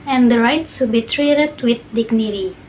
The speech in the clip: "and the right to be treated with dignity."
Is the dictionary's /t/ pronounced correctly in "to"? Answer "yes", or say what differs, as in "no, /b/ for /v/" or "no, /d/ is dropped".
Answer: no, /s/ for /t/